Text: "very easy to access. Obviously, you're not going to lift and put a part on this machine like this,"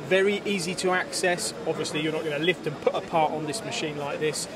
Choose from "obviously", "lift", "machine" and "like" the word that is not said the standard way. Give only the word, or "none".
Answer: none